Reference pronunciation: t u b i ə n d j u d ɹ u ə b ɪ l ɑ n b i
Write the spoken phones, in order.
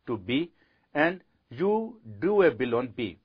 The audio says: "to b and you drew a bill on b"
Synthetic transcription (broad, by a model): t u b i ə n d j u d u ə b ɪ l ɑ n b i